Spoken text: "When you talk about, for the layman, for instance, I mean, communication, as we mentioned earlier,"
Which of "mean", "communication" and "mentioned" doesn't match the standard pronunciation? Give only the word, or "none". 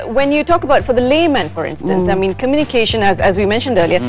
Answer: none